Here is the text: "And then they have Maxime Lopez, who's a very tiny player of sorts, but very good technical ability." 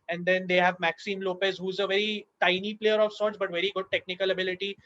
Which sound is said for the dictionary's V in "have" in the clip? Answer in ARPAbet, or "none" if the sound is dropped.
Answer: V